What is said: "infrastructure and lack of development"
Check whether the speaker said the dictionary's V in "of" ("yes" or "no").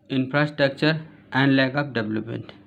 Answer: no